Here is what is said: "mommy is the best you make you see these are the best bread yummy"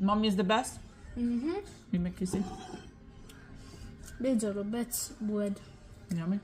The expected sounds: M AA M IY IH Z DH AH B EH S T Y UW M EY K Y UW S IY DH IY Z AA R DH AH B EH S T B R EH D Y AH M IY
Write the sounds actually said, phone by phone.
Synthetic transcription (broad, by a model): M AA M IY IH Z DH AH B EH S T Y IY M EY K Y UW S IY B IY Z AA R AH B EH T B W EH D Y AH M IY